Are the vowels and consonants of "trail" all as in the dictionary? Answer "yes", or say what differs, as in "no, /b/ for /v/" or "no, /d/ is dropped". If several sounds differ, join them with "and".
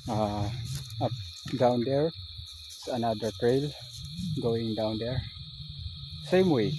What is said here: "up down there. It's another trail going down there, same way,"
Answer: yes